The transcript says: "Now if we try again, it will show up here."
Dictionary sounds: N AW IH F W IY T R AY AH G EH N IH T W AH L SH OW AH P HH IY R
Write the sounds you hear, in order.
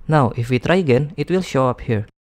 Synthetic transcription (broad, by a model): N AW IH F W IY T R AY AH G EH N IH T W AH L SH OW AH P HH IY R